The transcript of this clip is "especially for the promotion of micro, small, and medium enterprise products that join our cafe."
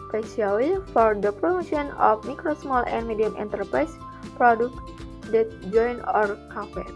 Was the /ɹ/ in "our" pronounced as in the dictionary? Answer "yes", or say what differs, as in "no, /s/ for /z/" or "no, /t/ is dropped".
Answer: yes